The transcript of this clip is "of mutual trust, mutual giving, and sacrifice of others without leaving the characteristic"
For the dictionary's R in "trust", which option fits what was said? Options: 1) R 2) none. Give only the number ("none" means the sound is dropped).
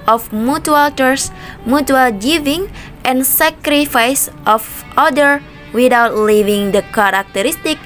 2